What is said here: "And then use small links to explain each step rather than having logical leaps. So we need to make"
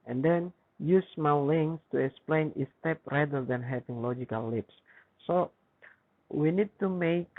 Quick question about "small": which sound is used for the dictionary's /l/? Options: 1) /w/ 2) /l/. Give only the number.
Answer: 1